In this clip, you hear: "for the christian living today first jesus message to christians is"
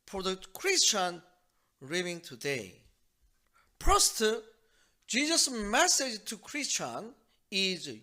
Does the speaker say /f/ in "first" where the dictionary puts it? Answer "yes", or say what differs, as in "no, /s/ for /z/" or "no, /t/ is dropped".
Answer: no, /p/ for /f/